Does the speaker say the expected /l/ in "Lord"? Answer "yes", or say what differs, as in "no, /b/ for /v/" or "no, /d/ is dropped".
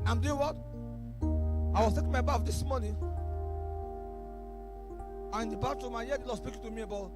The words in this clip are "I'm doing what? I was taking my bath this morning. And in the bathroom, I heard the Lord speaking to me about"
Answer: no, /w/ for /l/